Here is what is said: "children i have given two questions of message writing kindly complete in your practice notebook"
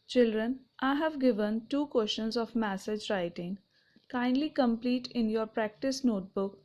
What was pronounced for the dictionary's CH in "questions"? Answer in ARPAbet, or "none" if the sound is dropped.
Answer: SH